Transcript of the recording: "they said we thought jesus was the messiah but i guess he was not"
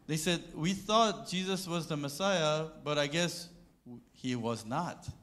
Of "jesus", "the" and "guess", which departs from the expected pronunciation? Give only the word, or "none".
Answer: none